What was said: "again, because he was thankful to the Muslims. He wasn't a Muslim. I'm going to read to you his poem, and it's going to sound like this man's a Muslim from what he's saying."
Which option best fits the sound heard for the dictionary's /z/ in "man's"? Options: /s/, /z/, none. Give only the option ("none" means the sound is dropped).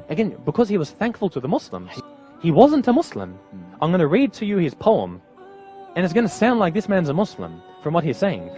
/z/